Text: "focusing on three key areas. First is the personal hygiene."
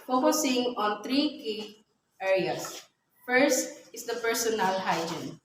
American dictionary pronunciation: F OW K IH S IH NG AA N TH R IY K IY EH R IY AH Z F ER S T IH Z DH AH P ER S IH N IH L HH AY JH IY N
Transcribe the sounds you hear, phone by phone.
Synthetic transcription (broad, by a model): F OW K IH S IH NG AA N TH R IY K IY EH R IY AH S F ER S T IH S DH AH P ER S IH N IH L HH AY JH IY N